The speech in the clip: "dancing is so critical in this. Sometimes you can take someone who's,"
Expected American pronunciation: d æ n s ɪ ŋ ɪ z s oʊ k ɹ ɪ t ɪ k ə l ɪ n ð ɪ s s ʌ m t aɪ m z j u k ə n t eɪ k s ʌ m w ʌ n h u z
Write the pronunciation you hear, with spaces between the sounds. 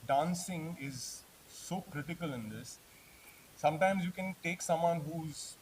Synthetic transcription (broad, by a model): d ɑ n s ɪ ŋ ɪ z s oʊ k ɹ ɪ t ɪ k ə l ɪ n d ɪ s s ʌ m t aɪ m z j u k ə n t eɪ k s ʌ m w ʌ n h u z